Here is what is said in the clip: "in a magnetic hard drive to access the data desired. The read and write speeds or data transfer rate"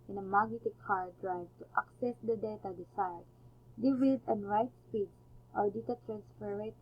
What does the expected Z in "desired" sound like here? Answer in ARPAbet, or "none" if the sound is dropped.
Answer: S